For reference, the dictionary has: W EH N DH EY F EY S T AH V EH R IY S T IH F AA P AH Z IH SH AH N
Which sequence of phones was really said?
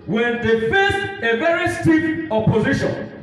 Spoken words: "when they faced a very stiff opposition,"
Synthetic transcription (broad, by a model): W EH N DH EY F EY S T AH V EH R IY S T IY P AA P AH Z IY SH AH N